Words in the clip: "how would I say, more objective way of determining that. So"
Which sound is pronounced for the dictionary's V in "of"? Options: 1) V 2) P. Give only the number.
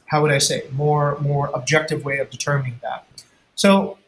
1